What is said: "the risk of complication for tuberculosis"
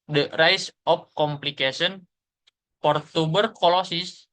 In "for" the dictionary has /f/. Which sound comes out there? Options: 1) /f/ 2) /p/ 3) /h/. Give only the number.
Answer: 2